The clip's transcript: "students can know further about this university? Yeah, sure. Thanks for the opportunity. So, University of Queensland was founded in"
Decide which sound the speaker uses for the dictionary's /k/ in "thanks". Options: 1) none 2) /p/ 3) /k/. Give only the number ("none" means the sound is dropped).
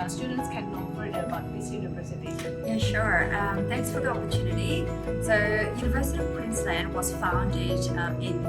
3